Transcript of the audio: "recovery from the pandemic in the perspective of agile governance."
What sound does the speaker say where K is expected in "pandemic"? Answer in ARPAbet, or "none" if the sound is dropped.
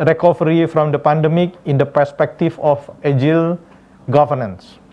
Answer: K